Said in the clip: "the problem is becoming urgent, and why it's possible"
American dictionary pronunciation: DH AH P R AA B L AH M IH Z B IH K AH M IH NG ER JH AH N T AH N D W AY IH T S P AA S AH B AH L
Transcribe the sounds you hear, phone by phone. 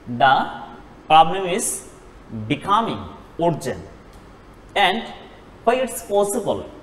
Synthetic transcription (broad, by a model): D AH P R AA B L AH M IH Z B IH K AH M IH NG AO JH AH N AH N D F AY IH T S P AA S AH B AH L